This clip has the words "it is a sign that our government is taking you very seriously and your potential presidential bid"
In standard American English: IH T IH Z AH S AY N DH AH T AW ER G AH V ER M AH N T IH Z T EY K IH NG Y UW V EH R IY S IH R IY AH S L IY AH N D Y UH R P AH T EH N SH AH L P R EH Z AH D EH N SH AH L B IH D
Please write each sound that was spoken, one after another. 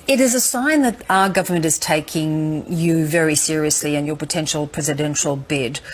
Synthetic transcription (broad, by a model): IH T IH Z AH S AY N DH AH T AW ER G AH V ER M AH N T IH Z T EY K IH NG Y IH V EH R IY S IH R IY AH S L IY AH N Y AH R P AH T EH N SH L P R EH Z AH D EH N SH L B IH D